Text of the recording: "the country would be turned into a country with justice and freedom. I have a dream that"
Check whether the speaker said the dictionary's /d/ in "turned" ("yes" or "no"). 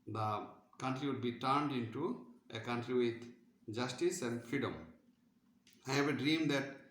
yes